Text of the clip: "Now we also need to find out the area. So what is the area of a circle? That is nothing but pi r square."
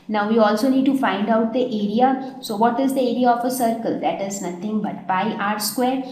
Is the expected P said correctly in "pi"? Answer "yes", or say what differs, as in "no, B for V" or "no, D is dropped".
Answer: no, B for P